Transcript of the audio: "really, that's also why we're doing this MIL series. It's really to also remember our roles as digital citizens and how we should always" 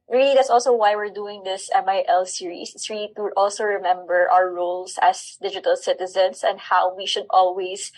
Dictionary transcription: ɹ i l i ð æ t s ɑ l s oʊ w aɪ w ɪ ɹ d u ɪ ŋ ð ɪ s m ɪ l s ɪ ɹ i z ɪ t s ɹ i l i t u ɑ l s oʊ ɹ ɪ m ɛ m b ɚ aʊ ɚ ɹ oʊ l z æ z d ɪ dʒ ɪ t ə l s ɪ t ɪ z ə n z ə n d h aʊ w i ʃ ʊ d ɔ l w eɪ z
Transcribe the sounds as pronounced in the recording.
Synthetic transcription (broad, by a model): ɹ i l i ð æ t s ɑ l s oʊ w aɪ w ɪ ɹ d u ɪ ŋ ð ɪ s m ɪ l s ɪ ɹ i s ɪ t s ɹ i l i t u ɑ l s oʊ ɹ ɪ m ɛ m b ɚ aʊ ɚ ɹ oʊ l s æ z d ɪ dʒ ɪ t ə l s ɪ t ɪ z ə n s ə n d h aʊ w i ʃ ʊ d ɔ l w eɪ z